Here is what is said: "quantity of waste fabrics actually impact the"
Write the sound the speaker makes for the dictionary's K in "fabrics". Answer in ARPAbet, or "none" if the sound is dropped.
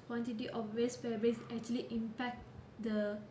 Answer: none